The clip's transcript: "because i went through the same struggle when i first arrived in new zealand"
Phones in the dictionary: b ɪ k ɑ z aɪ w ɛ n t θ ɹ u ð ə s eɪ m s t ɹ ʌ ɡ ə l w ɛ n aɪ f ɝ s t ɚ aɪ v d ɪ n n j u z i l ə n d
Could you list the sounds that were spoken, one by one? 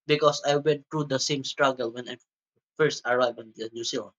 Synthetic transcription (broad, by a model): b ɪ k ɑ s aɪ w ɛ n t ɹ u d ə s eɪ m s t ɹ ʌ ɡ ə l w ɛ n aɪ f ɝ s t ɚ aɪ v ɪ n n j u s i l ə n